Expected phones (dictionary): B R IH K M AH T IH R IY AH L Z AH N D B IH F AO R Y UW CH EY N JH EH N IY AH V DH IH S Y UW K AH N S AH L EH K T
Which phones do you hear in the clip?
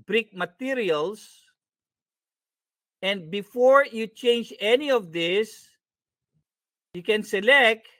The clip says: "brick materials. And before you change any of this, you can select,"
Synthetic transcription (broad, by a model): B R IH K M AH T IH R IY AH L S AH N D B IH F AO R Y UW CH EY N JH EH N IY AH V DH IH S Y UW K AH N S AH L EH K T